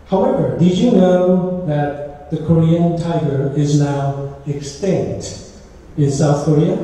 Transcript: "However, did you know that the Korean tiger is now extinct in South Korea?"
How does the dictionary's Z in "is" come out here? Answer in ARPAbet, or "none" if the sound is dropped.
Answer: Z